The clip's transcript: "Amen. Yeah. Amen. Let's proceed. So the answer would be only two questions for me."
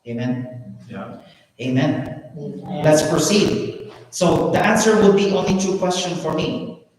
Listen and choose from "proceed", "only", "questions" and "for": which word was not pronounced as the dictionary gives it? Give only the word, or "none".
questions